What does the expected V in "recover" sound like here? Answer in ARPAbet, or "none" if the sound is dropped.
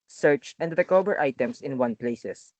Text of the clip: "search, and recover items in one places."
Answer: B